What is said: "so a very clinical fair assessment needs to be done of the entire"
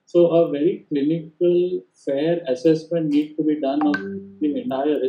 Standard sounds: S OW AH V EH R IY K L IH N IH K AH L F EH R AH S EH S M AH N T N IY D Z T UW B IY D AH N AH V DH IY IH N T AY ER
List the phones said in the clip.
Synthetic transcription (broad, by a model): S OW AH V EH R IY K L IH N IH K AH L F EH R AH S EH S M AH N T N IY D T UW B IY D AH N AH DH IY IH N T AY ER